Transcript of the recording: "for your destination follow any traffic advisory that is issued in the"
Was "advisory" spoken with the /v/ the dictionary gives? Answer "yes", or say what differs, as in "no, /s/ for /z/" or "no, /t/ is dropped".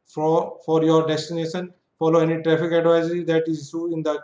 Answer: yes